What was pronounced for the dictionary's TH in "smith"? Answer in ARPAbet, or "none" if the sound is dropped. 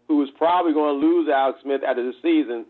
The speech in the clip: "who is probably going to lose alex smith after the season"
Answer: TH